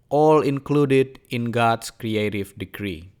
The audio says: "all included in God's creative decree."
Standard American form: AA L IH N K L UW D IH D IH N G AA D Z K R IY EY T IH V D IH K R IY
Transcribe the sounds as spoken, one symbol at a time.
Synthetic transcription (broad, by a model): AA L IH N K L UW D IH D IH N G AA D S K R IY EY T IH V D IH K R IY